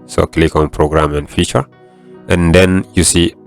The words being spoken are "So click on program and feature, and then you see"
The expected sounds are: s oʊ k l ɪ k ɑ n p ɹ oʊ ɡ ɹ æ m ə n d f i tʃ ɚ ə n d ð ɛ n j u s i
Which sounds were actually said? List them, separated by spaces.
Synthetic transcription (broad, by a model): s oʊ k l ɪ k ɑ n p ɹ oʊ ɡ ɹ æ m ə n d f i tʃ ɚ ə n d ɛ n j u s i